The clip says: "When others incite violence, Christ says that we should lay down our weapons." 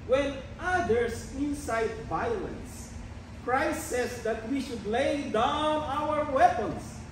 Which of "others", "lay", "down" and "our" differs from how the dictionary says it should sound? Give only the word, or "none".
others